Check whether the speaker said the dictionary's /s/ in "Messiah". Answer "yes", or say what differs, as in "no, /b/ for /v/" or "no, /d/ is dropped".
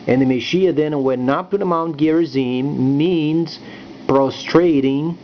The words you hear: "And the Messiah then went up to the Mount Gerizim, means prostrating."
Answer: no, /ʃ/ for /s/